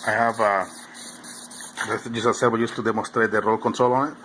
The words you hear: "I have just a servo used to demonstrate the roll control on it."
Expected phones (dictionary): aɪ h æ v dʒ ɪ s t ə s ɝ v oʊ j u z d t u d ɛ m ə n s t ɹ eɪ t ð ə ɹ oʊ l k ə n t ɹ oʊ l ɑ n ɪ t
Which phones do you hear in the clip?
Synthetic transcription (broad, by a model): aɪ h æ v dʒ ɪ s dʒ ə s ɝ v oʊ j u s t u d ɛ m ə s t ɹ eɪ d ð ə ɹ oʊ l k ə n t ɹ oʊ l ɑ n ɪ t